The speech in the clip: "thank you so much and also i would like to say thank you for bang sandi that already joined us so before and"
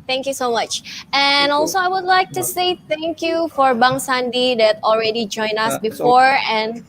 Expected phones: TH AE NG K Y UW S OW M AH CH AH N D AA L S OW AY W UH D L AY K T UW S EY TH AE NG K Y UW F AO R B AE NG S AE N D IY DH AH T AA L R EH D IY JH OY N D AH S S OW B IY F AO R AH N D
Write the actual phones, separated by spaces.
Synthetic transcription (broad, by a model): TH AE NG K Y UW S OW M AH CH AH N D AA L S OW AY W UH D L AY K T UW S EY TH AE NG K Y UW F AO R B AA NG S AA N D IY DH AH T AA L R EH D IY JH OY N AH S S B IY F AO R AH N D